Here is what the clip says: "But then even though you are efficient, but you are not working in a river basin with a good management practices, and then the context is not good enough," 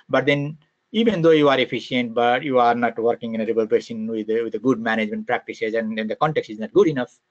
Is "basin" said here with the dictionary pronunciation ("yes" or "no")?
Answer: no